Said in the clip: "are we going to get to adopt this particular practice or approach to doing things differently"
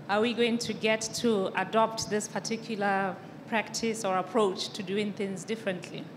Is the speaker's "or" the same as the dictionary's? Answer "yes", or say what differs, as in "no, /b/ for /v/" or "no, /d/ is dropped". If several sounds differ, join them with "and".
yes